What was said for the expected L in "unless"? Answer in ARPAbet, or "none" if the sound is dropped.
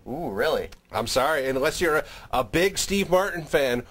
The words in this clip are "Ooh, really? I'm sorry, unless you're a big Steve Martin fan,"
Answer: L